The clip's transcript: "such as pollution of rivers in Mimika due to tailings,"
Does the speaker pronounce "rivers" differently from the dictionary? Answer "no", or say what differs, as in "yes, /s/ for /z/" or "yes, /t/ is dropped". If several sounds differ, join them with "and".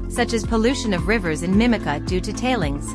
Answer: no